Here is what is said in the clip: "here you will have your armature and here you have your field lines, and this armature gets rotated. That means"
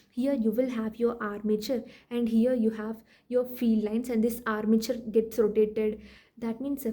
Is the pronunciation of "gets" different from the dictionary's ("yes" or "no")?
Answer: no